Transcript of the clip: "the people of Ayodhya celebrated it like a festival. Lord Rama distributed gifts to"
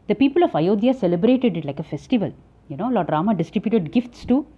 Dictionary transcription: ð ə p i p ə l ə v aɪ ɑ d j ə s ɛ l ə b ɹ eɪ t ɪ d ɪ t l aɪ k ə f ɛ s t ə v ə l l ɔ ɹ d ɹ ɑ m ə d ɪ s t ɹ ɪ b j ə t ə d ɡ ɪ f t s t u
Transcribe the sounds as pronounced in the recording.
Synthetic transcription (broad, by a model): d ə p i p ə l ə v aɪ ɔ d j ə s ɛ l ə b ɹ eɪ t ɪ d ɪ t l aɪ k ə f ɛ s t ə v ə l n ɔ l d ɹ ɑ m ə d ɪ s t ɹ ɪ b j ə t ə d ɡ ɪ f t s t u